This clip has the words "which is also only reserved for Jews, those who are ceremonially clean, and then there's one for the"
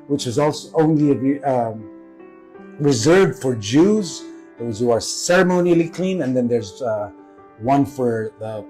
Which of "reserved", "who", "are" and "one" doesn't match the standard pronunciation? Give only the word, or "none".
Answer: none